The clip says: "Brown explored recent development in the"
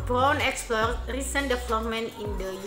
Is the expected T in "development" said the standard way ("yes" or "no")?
no